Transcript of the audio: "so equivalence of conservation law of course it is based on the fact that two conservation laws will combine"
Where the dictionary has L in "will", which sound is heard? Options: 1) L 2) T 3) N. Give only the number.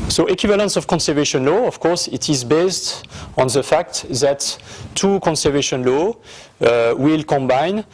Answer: 1